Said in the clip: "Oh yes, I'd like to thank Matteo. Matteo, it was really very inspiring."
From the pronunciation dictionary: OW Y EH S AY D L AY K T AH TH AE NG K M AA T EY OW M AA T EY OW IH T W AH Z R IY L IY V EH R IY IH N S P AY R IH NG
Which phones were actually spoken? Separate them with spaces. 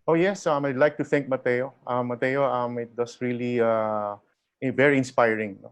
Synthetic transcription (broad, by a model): OW Y EH S AY D L AY K T AH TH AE NG K M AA T EY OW M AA T EY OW IH T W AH S R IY L IY V EH R IY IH N S P AY R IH NG